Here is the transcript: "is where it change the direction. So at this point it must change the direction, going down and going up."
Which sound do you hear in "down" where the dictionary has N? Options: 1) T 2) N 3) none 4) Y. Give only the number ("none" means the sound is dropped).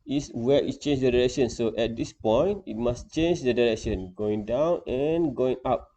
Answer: 2